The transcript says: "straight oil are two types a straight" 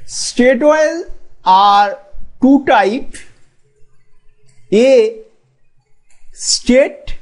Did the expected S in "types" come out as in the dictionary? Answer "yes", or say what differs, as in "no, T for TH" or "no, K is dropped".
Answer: no, S is dropped